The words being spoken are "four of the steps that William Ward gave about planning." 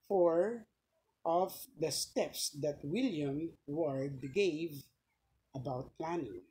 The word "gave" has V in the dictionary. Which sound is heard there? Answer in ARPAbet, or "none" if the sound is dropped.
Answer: V